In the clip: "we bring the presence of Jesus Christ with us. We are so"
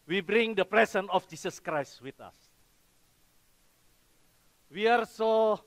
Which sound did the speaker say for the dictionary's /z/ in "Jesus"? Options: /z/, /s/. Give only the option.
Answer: /s/